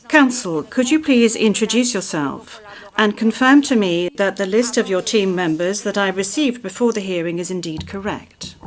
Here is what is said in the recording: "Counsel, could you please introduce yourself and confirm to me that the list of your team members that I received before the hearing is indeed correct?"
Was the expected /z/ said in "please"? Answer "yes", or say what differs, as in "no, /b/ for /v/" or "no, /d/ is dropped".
yes